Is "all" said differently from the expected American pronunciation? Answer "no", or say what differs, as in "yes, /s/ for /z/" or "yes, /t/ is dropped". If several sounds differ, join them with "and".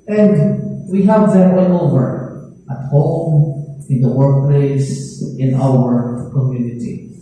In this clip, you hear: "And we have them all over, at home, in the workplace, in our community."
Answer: yes, /n/ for /l/